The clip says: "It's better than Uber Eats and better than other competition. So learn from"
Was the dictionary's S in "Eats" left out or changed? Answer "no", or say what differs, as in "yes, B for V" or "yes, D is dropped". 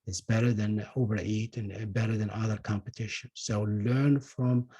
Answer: yes, S is dropped